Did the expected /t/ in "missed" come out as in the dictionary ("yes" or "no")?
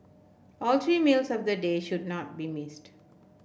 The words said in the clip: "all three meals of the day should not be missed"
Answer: yes